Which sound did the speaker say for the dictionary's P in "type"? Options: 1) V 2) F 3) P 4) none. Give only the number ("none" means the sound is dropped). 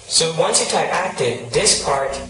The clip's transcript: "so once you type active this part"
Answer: 4